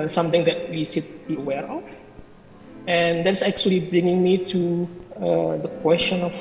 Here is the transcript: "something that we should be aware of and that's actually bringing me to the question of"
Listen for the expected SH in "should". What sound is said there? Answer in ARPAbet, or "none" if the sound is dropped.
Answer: S